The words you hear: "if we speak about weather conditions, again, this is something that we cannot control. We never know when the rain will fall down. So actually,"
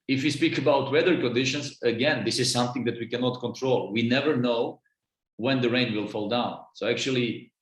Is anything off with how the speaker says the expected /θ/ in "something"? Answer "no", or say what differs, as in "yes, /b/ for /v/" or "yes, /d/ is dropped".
no